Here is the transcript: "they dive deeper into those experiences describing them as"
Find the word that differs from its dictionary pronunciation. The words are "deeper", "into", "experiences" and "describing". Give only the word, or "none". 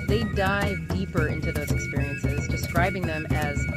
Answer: none